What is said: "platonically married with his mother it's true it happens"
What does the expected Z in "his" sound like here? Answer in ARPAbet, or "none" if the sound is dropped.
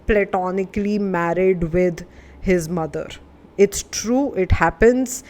Z